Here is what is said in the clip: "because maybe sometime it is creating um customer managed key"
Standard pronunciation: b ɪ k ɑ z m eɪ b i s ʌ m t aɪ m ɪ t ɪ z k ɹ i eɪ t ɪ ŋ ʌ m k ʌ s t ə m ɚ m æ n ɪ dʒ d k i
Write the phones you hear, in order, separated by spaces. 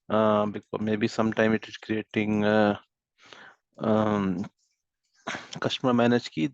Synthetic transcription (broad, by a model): b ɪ k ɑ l m eɪ b i s ʌ m t aɪ m ɪ t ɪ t k ɹ i eɪ t ɪ ŋ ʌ k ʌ ʃ t m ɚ m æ n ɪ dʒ k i